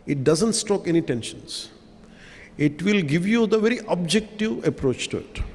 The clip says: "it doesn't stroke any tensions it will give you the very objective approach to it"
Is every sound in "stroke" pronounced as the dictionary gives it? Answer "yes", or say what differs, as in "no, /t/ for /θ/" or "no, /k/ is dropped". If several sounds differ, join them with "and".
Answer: no, /ɹ/ is dropped